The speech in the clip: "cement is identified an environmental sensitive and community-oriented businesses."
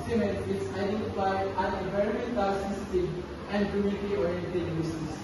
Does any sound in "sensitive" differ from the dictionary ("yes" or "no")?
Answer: yes